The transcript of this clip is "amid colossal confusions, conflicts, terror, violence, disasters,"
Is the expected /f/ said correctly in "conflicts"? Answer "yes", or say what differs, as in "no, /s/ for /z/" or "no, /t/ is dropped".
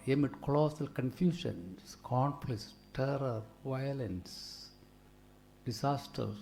no, /p/ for /f/